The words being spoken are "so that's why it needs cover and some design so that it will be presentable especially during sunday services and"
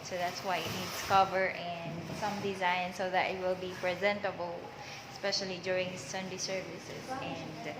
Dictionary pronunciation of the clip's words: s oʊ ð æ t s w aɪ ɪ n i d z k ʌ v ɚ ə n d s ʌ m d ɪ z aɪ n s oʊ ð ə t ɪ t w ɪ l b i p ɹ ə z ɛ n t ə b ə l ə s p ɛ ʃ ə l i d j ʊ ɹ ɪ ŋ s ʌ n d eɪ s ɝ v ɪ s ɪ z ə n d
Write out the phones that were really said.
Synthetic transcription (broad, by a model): s oʊ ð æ t s w aɪ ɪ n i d s k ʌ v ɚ ə n d s ʌ m d ɪ z aɪ n s oʊ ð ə t ɪ t w ɪ l b i p ɹ ə z ɛ n t ə b ə l ə s p ɛ ʃ ə l i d j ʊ ɹ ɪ ŋ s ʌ n d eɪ s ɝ v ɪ s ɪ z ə n d